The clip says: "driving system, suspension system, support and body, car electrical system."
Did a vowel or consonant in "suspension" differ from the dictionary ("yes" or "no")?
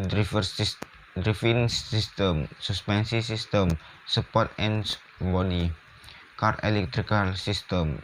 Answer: yes